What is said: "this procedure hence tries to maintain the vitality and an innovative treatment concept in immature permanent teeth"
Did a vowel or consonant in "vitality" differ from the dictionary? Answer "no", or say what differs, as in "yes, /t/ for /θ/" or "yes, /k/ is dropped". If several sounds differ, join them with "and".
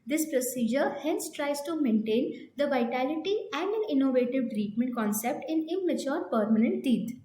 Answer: no